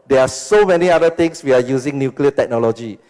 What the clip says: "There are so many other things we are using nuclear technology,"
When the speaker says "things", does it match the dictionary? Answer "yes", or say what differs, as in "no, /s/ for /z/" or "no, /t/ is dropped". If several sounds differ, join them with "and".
no, /t/ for /θ/ and /s/ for /z/